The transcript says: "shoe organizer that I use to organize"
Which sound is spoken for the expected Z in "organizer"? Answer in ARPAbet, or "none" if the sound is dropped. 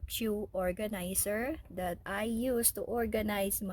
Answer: S